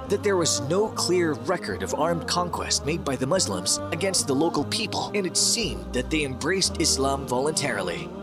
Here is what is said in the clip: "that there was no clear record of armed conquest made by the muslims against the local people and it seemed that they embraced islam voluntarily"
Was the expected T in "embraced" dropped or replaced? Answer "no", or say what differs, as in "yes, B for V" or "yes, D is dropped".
no